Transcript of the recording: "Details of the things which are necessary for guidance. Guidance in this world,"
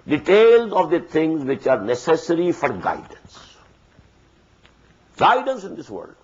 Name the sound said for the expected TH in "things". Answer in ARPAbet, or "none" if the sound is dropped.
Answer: T